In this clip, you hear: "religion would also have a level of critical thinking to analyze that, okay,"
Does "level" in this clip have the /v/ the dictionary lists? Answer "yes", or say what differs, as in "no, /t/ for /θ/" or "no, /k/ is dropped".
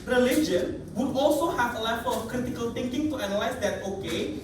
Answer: no, /f/ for /v/